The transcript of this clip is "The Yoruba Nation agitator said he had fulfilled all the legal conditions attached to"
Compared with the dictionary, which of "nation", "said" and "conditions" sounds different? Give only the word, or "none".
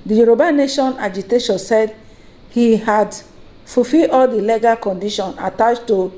conditions